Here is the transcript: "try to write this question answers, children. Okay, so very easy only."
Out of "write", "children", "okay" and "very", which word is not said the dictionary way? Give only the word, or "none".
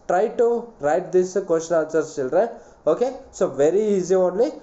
children